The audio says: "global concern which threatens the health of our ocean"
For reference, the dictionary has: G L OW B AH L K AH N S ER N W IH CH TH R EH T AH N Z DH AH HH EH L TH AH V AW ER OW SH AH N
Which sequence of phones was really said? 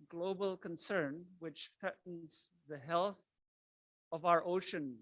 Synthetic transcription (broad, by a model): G L OW B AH L K AH N S ER N W IH CH TH R EH T N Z DH AH HH EH L TH AH V AW ER OW SH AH N